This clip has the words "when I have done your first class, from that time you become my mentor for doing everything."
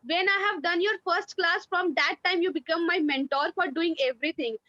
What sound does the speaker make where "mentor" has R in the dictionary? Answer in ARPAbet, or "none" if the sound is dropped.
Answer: R